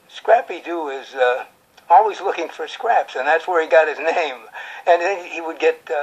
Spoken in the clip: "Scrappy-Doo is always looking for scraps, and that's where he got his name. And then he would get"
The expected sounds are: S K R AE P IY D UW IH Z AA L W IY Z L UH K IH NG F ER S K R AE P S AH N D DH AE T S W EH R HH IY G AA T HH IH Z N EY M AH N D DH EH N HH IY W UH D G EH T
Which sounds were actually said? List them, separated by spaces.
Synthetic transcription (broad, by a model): S K R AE P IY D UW IH Z AA L W IY Z L UH K IH NG F ER S K R AE P S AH N DH AE T S W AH R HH IY G AA T HH IH Z N EY M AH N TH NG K HH IY W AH D G EH T